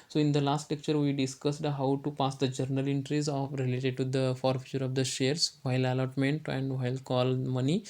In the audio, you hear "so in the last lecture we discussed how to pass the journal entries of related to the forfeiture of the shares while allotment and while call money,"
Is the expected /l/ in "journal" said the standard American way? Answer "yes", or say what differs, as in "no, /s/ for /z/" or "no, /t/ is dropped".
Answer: yes